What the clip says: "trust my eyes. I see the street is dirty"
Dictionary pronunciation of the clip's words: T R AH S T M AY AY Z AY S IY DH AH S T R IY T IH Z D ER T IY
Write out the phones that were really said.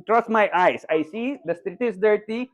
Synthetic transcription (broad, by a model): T R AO S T M AY AY S AY S IY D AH S T R IY T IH S D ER T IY